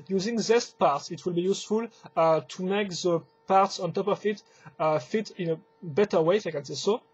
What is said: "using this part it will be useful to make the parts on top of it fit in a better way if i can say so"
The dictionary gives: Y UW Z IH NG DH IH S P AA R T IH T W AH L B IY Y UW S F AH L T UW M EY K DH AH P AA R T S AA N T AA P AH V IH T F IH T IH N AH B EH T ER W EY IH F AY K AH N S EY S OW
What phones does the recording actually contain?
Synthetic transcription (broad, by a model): Y UW Z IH NG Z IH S P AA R T IH T W AH L B IY Y UW S F AH L T UW M EY K DH AH P AA R T S AA N T AA P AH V IH T F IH T IH N AH B EH T ER W EY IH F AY K AH N S EY S OW